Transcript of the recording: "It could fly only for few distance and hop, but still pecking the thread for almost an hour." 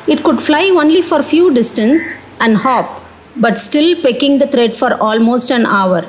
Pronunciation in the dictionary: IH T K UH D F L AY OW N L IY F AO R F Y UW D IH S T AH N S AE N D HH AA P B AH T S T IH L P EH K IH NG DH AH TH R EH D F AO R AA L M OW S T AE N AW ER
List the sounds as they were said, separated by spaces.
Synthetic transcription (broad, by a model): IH T K UH D F L AY OW N L IY F AO R F Y UW D IH S T AH N S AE N D HH AA P B AH T S T IH L P EH K IH NG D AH T R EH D F AO R AA L M OW S T AE N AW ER